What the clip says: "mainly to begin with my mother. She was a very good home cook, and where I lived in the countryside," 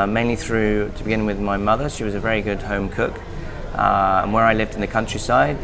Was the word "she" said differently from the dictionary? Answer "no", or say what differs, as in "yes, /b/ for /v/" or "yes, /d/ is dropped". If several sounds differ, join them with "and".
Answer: no